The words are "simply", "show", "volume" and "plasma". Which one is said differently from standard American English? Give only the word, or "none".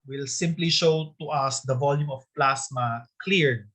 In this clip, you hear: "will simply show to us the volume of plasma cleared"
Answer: plasma